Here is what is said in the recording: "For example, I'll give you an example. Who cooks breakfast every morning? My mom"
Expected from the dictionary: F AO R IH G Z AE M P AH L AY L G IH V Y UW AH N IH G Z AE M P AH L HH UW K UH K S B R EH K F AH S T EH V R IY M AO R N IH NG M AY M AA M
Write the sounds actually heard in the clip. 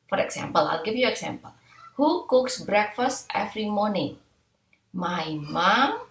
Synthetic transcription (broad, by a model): F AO R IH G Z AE M P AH L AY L G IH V Y UW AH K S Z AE M P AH L HH UW K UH K S B R EH K F AH S T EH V R IY M AO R N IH NG M AY M AA M